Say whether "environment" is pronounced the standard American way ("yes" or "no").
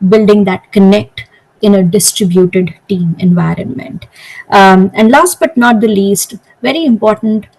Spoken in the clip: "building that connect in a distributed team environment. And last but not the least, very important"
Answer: yes